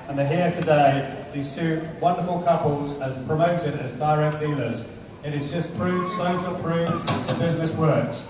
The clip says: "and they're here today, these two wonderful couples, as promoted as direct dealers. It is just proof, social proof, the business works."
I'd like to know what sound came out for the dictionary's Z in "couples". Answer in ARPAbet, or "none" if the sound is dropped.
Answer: Z